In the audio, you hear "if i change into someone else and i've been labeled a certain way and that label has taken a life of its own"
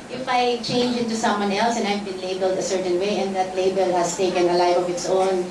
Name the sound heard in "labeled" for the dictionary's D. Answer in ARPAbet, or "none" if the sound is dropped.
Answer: D